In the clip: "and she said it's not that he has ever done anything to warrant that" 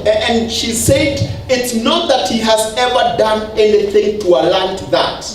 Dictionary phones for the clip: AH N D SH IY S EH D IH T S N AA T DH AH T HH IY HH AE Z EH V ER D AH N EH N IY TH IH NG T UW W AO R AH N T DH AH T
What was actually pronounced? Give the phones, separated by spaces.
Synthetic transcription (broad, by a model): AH N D SH IY S EH D IH T S N AA T DH AH T HH IY HH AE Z EH V ER D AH N EH N IY TH IH NG T UW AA L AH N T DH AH T